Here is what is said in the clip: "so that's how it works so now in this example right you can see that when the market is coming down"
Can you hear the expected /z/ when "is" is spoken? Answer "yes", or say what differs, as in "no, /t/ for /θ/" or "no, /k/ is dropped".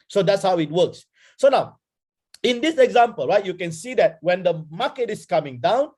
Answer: no, /s/ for /z/